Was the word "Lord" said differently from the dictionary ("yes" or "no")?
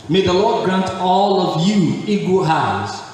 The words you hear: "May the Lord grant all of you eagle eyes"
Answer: no